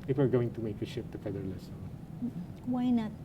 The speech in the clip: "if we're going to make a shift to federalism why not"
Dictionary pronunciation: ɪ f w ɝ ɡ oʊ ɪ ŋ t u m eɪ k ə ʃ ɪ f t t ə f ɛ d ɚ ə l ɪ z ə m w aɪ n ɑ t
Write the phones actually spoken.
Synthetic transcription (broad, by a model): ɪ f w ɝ ɡ oʊ ɪ ŋ t u m eɪ k ə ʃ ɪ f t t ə f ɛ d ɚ l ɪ s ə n w aɪ n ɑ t